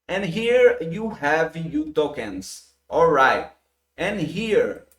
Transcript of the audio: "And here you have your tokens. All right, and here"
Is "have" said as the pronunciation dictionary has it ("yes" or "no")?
yes